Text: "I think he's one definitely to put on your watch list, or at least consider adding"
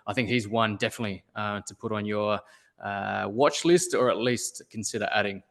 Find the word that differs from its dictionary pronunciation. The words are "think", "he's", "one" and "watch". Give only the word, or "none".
none